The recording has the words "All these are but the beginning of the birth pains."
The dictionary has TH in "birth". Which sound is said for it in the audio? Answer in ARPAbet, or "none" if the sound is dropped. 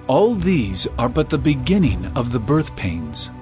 TH